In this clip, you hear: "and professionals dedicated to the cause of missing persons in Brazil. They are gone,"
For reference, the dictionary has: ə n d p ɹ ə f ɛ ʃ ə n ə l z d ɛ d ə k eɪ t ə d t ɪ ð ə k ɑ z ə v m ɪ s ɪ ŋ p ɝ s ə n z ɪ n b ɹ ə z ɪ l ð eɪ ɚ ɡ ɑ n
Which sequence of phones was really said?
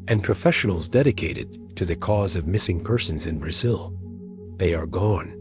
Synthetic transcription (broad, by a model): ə n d p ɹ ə f ɛ ʃ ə n l z d ɛ d ə k eɪ t ə d t ɪ ð ə k ɑ z ə v m ɪ s ɪ ŋ p ɝ s ə n z ɪ n b ɹ ə z ɪ l ð eɪ ɚ ɡ ɑ n